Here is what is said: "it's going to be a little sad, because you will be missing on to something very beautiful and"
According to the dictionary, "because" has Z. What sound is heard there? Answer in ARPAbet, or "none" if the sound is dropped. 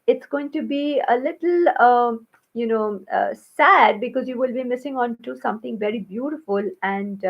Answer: Z